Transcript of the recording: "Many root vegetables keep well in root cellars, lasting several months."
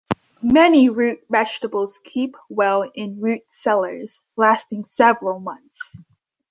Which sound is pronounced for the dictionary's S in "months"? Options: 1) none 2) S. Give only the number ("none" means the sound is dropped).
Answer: 2